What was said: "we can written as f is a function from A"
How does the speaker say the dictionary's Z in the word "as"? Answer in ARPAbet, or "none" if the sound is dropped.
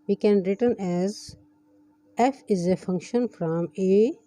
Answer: Z